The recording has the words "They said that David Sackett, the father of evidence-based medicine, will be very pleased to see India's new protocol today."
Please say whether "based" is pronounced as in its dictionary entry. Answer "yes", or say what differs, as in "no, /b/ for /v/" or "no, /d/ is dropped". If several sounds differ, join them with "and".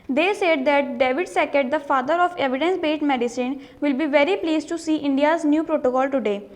no, /s/ is dropped